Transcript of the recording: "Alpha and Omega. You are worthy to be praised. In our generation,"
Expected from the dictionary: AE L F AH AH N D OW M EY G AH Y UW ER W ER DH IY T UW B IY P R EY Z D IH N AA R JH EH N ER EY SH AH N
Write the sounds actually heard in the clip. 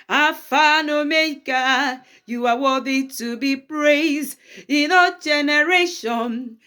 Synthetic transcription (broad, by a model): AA F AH N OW M EY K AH Y UW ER W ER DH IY T UW B IY P R EY Z D IH N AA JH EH N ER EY SH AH N